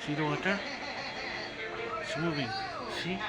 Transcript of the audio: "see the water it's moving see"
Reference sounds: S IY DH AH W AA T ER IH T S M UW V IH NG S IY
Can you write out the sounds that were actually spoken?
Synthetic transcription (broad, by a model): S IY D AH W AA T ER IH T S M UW B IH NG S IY